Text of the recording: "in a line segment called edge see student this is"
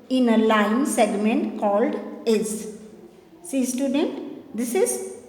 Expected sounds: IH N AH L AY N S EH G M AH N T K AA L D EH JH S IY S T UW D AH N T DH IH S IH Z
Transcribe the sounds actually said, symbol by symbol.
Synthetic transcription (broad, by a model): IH N AH L AY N S EH G M AH N T K AA L D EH Z S IY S T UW D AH N T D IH S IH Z